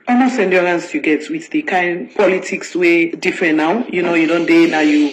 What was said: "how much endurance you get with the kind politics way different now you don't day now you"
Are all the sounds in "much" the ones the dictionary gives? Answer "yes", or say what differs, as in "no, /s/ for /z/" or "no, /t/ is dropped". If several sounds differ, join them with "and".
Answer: no, /s/ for /tʃ/